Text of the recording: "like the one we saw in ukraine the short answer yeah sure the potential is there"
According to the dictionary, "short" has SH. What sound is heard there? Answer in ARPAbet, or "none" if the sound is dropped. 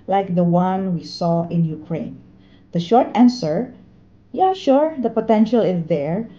SH